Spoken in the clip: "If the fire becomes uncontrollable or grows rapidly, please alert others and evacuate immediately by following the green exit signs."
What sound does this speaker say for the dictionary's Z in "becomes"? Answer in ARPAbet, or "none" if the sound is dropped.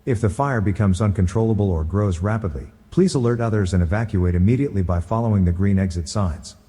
Z